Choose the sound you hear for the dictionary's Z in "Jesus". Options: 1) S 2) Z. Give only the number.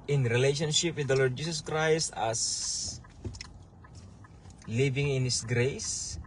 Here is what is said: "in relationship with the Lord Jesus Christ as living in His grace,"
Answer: 1